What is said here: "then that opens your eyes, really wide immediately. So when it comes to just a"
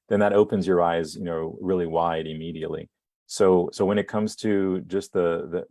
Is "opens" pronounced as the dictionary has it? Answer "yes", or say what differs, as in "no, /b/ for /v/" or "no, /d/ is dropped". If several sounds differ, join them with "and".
yes